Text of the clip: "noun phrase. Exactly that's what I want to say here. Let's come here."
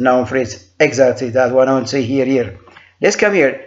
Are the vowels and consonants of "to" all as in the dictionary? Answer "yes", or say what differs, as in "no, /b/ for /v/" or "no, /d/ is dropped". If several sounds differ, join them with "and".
no, /s/ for /t/